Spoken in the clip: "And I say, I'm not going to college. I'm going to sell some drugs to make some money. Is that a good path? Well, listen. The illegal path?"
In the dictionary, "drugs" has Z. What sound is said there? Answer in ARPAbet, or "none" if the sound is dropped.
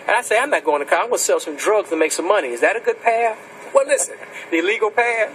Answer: Z